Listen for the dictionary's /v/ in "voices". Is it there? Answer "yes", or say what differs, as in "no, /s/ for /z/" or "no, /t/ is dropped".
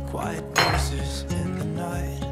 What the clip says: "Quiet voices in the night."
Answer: no, /b/ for /v/